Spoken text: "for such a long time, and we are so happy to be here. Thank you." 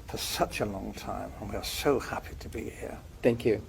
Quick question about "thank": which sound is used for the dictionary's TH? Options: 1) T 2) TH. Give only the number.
2